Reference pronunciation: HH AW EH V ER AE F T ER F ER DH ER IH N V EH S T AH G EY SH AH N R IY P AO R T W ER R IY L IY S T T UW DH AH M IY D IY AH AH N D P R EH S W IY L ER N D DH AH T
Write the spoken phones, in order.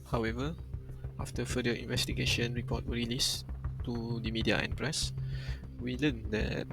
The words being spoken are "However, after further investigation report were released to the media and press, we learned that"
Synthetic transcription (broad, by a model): HH AW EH V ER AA F T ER F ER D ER IH N V EH S T AH G EY SH AH N R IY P AO T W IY R IY L IY S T T UW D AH M IY D IY AH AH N P R EH S W IY L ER N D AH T